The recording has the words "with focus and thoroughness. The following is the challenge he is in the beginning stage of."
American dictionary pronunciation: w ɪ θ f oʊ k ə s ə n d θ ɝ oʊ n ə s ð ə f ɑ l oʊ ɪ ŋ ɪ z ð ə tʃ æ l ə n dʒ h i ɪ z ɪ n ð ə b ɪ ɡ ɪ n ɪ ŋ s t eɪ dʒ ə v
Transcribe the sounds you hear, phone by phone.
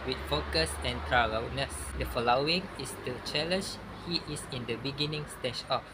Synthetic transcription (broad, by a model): w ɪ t f oʊ k ə s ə n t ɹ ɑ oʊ n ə s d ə f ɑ l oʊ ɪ ŋ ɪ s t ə tʃ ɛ l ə n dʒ h i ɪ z ɪ n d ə b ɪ ɡ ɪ n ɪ ŋ s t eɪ ʃ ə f